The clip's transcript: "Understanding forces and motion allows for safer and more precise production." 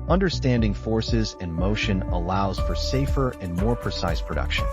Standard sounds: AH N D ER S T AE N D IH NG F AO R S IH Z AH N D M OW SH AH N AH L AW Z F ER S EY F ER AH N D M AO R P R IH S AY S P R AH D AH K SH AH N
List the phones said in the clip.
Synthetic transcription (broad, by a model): AH N D ER S T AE N D IH NG F AO R S IH Z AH N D M OW SH AH N AH L AW Z F ER S EY F ER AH N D M AO R P R IH S AY S P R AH D AH K SH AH N